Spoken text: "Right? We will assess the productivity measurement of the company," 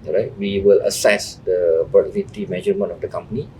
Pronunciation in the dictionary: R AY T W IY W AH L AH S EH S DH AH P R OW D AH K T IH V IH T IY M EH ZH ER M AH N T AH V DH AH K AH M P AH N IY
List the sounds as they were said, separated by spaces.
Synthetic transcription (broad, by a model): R AY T W IY W AH L AH S EH S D AH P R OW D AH T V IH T IY M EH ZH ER M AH N AH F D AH K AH M P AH N IY